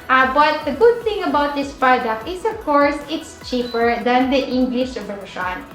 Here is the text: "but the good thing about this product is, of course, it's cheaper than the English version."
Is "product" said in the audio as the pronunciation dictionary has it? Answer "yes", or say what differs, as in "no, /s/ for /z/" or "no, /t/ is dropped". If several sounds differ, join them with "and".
no, /t/ is dropped